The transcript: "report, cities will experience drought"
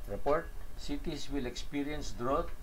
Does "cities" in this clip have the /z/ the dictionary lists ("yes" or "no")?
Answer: no